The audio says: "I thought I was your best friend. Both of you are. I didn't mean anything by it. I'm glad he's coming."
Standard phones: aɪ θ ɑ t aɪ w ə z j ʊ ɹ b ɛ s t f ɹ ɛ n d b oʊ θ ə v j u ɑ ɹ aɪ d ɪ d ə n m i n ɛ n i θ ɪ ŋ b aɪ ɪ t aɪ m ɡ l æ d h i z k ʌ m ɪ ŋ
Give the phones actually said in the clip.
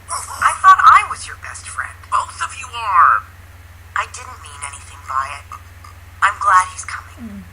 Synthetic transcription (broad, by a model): aɪ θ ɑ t aɪ w ə z j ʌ ɹ b ɛ s t f ɹ ɛ n d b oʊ s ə f j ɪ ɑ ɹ aɪ d ɪ d n m i n ɛ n i θ ɪ ŋ b aɪ ɪ t aɪ m ɡ l æ d h i z k ʌ m ɪ ŋ